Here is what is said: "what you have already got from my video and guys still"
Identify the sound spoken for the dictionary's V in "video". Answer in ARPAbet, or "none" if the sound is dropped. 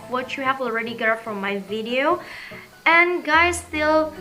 V